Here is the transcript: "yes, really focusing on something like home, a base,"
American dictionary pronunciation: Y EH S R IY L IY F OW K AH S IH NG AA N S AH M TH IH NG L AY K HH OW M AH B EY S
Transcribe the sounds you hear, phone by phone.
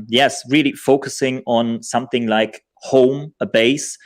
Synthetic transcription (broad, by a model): Y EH S R IY L IY F OW K AH S IH NG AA N S AH M TH IH NG L AY K HH OW M AH B EY S